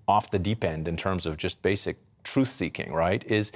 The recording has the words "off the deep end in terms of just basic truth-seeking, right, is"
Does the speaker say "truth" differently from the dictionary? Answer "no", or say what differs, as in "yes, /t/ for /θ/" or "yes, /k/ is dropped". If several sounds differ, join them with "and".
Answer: no